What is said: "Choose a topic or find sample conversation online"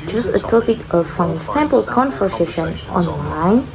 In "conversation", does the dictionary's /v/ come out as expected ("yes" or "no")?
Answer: no